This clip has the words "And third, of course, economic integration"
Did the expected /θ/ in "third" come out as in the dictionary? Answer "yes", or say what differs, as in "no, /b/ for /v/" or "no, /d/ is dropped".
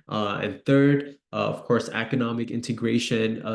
yes